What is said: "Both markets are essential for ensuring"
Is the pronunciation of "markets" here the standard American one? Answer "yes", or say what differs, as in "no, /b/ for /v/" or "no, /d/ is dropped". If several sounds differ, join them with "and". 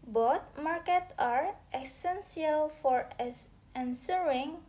no, /s/ is dropped